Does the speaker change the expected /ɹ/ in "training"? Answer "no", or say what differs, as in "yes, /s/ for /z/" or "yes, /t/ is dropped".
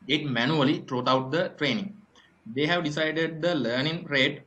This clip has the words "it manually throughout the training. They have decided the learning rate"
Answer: no